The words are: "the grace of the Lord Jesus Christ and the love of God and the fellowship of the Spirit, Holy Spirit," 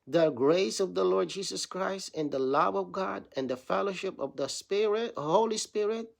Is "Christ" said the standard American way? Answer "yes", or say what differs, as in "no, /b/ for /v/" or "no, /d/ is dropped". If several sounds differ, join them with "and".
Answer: yes